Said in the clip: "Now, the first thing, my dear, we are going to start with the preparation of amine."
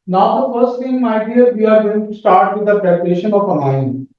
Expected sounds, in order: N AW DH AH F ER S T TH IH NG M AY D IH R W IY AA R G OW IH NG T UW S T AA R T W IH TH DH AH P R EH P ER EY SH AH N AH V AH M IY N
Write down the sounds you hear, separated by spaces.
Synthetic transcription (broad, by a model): N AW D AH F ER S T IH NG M AY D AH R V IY AA R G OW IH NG T UW S T AA R T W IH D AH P R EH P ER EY SH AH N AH P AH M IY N